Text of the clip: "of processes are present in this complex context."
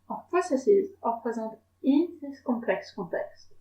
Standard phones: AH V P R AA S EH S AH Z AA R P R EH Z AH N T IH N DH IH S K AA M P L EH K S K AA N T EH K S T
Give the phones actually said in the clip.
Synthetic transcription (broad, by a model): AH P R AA S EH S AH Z AA R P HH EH Z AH T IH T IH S K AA P L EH K S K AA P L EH K S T